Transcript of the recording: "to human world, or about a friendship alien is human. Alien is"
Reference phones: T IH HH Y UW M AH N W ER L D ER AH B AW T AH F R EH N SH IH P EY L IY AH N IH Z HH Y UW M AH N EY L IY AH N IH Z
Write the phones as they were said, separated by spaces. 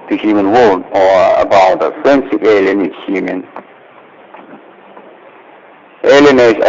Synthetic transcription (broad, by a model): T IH HH Y UW M AH N W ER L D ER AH B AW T AH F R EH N S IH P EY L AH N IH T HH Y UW M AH N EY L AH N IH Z